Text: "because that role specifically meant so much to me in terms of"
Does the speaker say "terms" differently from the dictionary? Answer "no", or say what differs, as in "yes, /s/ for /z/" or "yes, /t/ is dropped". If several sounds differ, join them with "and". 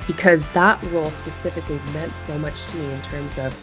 no